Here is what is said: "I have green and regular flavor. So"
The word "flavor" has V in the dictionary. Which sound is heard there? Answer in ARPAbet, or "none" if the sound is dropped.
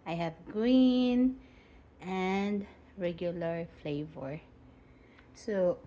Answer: V